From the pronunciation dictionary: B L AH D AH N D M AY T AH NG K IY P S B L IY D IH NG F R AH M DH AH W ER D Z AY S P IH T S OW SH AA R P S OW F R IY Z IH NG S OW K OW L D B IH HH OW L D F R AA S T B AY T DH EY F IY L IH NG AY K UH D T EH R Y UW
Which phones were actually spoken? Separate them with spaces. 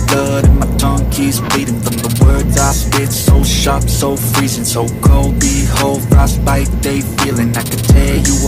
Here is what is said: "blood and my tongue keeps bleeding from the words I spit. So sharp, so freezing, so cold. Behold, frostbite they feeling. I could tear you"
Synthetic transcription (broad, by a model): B L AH D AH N M AY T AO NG K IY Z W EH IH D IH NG F R AH M DH AH W ER D Z AY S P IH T S OW SH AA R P S OW F R IY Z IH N S OW K OW L D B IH HH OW L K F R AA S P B AY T DH EY F IY L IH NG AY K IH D T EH L Y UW